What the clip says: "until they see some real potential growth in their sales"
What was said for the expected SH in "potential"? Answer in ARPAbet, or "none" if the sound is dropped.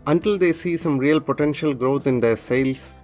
SH